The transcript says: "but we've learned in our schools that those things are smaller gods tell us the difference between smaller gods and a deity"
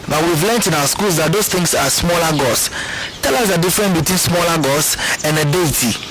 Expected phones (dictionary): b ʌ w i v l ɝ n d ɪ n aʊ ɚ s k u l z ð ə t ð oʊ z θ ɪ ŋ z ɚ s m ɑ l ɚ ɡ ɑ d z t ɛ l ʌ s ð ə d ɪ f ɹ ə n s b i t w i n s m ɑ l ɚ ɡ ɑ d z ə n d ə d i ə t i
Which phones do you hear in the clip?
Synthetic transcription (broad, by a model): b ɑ w i v l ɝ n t ɪ n aʊ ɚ s k u l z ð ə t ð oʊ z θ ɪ ŋ s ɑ s m ɑ l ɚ ɡ ɑ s t ɛ l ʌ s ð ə d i f ɹ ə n b i t w i n s m ɑ l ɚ ɡ ɑ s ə n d ə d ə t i